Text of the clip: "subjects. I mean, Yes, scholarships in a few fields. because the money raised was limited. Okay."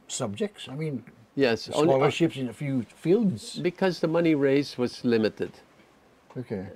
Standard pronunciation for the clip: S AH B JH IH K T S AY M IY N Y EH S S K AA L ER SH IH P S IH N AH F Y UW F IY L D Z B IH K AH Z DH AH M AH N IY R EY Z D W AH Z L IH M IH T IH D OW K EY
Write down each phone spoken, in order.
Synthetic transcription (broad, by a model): S AH B JH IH K T S AY M IY N Y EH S S AA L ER SH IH P S IH N AH F Y UW F IY L D Z B IH K AH Z DH AH M AH N IY R EY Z W AH Z L IH M IH T IH D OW K EY